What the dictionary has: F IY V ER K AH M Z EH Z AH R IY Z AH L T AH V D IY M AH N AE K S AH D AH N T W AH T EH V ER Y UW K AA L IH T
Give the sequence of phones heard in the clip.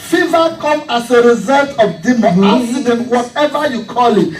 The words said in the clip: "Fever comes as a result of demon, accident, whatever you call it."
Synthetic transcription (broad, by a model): F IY V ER K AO M AA S AH R IY Z AH L T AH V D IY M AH AA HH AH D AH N W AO T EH V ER Y UW K AA L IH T